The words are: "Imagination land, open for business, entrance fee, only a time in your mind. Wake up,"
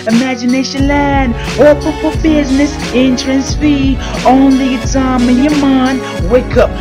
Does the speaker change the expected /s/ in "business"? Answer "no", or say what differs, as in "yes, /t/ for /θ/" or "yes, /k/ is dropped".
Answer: no